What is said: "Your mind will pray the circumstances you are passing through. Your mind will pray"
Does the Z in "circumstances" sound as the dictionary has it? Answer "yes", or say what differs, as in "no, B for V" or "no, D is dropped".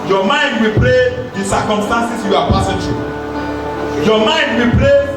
no, S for Z